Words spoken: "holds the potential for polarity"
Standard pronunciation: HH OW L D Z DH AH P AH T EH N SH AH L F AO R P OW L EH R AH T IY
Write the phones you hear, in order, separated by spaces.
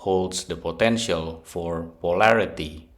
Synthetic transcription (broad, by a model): HH OW L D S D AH P AH T EH N SH AH L F AO R P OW L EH R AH T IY